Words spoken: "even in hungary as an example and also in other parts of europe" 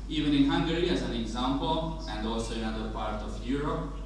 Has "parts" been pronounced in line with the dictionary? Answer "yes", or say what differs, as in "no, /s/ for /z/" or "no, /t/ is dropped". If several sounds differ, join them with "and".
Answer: no, /s/ is dropped